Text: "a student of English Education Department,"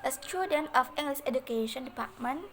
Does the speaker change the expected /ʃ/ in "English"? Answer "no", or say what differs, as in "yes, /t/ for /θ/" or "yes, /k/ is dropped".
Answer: yes, /s/ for /ʃ/